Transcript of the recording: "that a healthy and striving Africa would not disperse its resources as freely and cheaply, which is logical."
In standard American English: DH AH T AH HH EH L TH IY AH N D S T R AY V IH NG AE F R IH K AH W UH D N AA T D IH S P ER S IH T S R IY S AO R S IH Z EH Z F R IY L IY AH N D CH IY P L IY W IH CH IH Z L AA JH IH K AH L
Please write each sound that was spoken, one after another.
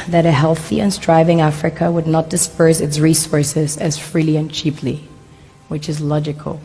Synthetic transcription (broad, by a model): DH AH T AH HH EH L TH IY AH N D S T R AY V IH NG AE F R IH K AH W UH D N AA T D IH S P ER S IH T S R IY S AO R S IH Z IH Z F R IY L IY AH N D CH IY P L IY W IH CH IH Z L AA JH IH K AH L